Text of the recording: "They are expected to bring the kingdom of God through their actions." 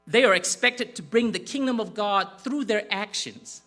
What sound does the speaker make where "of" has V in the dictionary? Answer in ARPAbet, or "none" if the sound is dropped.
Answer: V